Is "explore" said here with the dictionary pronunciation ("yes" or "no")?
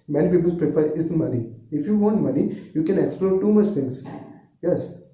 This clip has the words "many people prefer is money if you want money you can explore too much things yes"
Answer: yes